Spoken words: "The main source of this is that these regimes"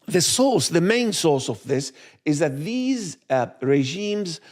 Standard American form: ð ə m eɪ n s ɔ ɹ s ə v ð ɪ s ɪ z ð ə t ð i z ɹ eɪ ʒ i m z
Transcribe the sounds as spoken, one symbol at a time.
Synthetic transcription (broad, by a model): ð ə m eɪ n s ɔ ɹ s ə v ð ɪ s ɪ z ð ə t ð i z ɹ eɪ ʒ i m z